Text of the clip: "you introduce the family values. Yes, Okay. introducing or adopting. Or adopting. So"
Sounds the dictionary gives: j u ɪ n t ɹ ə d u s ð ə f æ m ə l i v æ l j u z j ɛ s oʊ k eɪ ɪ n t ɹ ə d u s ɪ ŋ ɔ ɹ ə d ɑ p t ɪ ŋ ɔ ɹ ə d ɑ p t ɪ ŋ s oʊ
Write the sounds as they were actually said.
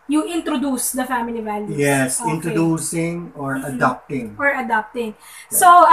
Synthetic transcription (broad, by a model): j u ɪ n t ɹ ə d u s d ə f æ m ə l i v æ l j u j ɛ s ɪ n t ɹ ə d u s ɪ ŋ ɔ ɹ ə d ɑ p t ɪ ŋ ɔ ɹ ə d ɑ p t ɪ ŋ s oʊ